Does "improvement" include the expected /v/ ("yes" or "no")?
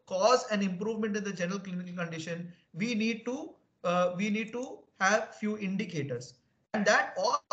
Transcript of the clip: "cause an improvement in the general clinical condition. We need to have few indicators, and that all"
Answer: yes